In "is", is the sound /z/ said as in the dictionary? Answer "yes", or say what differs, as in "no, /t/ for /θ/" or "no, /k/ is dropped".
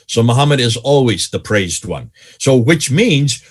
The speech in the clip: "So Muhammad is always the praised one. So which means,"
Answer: yes